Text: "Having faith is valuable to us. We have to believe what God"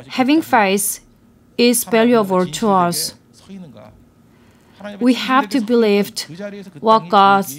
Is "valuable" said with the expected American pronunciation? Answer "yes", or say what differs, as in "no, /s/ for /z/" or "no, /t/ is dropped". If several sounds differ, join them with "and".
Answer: no, /p/ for /v/